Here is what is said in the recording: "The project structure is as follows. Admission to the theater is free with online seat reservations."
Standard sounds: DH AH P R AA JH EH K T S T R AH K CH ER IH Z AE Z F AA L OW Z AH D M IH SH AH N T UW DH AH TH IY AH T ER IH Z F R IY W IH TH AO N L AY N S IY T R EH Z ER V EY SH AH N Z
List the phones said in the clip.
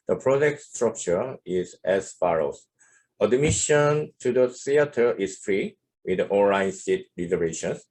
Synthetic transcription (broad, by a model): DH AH P R AA JH EH K T S T R AH K CH ER IH Z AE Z F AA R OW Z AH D M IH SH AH N T UW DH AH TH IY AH T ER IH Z F R IY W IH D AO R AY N S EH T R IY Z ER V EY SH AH N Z